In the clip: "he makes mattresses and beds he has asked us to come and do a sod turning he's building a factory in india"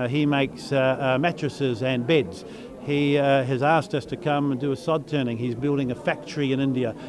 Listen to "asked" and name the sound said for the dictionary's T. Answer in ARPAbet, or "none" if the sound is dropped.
T